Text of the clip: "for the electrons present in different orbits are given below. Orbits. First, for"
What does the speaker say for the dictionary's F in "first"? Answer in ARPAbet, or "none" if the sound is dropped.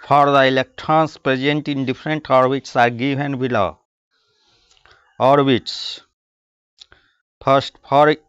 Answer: P